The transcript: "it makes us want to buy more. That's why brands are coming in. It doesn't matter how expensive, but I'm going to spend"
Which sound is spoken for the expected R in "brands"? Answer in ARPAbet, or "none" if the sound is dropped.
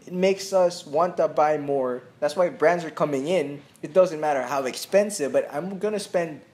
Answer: R